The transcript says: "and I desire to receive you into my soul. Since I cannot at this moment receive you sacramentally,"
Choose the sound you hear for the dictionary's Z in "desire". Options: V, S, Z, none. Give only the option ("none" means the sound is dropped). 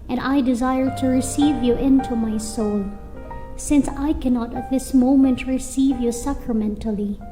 Z